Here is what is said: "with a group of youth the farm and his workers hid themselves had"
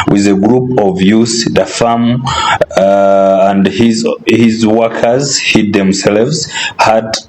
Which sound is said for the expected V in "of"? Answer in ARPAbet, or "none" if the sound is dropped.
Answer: V